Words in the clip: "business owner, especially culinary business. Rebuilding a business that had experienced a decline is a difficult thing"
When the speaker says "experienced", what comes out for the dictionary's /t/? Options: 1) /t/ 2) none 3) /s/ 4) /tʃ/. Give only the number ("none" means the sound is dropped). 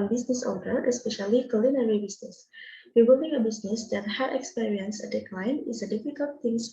2